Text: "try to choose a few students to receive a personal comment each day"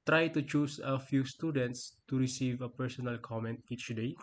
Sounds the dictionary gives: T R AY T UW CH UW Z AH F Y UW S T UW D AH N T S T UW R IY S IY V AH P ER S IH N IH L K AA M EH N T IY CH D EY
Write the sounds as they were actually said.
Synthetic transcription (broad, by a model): T R AY T UW CH UW S AH F Y UW S T UW D AH N T S T UW R IY S IY V AH P ER S IH N IH L K AA M EH N T IY CH D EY